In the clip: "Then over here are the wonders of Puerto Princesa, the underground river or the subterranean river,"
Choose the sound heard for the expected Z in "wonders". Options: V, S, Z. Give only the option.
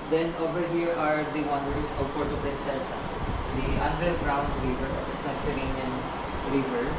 S